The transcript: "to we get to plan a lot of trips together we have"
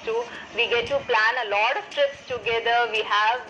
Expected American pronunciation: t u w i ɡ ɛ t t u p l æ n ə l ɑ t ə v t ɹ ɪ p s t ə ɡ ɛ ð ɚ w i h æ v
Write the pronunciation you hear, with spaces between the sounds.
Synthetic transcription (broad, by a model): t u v i ɡ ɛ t t u p l æ n ə l ɑ t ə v t ɹ ɪ p s t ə ɡ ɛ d ɚ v i h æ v